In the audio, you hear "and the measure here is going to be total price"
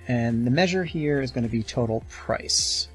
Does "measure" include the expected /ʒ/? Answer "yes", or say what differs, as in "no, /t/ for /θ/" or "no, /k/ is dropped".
yes